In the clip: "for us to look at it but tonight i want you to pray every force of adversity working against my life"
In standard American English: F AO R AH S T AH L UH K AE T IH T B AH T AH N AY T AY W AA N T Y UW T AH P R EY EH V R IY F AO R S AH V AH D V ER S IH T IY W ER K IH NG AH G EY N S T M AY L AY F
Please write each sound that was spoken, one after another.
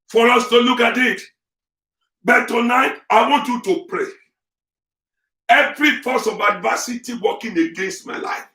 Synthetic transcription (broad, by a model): F AO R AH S T AH L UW K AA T IH T B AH T AH N AY T AY W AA N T Y UW T AH P R EY EH V R IY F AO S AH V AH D V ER S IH T IY W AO K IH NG AH G EY N S T M AY L AY F